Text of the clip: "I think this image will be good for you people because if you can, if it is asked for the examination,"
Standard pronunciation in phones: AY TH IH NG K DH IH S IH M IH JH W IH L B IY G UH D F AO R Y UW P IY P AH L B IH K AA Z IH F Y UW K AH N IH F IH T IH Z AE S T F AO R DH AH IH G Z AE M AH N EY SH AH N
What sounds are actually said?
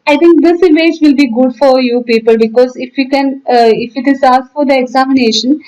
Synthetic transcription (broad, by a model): AY T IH NG K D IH S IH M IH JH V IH L B IY G UH D F AO R Y UW P IY P AH L B IH K AA Z IH F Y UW K AH N IH F IH T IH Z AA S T F AO R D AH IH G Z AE M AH N EY SH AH N